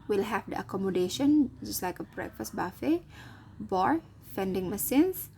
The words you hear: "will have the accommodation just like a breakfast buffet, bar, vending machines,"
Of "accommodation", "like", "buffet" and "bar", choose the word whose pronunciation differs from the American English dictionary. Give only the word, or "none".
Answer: none